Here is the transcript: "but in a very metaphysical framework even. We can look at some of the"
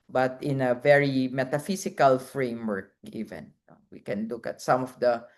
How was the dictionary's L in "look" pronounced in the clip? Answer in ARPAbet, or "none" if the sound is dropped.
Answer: L